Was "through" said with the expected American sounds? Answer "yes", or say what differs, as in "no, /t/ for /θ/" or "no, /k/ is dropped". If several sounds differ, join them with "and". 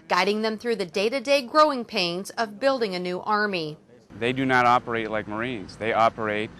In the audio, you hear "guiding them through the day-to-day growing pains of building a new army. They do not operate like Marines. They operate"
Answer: yes